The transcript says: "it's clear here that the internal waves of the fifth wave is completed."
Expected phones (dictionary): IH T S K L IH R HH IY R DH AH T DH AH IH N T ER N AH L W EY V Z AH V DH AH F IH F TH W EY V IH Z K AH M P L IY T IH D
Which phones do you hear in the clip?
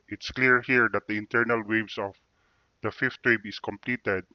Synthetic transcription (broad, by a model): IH T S K L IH R HH IY R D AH T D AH IH N T ER N AH L W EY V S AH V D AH F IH F T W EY B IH S K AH M P L IY T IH D